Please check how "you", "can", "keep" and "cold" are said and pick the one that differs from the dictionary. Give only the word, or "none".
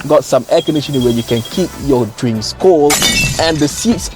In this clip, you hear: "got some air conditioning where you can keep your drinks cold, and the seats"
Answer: cold